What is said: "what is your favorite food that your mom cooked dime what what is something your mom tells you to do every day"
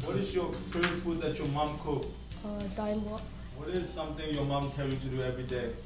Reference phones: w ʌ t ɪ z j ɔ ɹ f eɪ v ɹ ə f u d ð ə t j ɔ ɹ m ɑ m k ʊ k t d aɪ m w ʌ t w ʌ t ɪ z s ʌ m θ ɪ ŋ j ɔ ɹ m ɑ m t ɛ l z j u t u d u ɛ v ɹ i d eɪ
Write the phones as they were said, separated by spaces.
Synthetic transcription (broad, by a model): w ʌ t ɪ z j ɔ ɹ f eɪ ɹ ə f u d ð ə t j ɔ m ɑ m k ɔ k d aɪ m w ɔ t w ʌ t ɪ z s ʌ m t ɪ ŋ j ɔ m ɑ m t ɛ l j u t u d u ɛ v ɹ i d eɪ